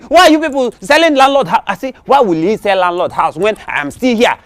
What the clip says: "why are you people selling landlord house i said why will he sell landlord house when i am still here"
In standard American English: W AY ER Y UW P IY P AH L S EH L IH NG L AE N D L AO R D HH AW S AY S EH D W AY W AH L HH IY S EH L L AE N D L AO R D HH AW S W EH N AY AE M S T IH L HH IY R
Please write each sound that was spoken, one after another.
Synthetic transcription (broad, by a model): W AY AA Y UW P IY P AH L S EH L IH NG L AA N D L AO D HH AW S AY S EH W AY W AH L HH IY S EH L L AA N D L AO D HH AW S W EH N AY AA M S T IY L HH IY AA